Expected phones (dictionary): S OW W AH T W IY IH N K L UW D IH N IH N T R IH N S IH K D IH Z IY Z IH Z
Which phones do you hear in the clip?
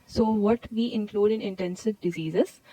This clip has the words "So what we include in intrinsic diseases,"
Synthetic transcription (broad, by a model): S OW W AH T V IY IH N K L UW D IH N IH N T EH N S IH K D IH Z IY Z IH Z